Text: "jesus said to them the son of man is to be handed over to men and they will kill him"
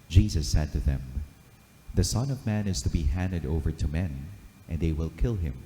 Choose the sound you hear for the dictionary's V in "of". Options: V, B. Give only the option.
V